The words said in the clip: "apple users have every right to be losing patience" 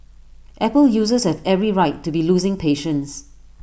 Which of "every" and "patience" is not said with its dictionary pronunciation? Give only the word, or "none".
none